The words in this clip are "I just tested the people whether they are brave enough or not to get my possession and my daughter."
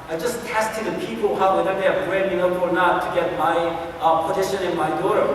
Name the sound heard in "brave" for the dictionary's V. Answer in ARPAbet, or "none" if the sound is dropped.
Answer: B